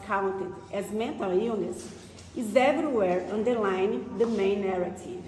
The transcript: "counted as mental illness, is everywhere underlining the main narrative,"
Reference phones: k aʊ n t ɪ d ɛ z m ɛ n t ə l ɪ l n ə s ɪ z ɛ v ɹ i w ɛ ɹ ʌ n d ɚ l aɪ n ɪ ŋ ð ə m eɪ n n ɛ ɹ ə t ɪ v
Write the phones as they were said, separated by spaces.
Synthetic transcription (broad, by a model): k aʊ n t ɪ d ɛ z m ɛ n t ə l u n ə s ɪ z ɛ v ɹ i w ɛ ɹ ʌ n d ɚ l aɪ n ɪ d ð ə m eɪ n n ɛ ɹ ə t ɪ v